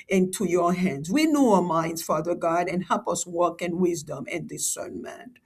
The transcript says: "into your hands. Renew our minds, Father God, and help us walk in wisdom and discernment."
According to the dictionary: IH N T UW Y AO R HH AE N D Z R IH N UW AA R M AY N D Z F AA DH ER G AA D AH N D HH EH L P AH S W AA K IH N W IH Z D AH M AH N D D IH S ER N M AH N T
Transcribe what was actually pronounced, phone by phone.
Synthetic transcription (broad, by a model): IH N T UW Y AO R HH AE N D Z W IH N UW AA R M AY N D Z F AA DH ER G AA D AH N HH EH L P AH S W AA K IH N W IH Z D AH M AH N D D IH S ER N M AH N